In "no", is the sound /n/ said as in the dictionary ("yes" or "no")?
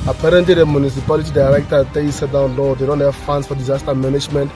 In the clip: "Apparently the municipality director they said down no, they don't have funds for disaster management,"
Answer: no